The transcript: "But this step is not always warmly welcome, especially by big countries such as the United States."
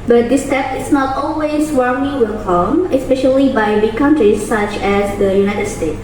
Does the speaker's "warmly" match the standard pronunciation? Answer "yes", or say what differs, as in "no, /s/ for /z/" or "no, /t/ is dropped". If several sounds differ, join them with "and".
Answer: no, /l/ is dropped